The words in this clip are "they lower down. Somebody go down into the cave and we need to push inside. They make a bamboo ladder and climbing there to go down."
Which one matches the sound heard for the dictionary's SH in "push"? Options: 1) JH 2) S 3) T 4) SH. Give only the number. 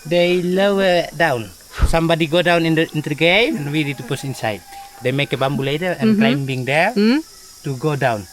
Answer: 2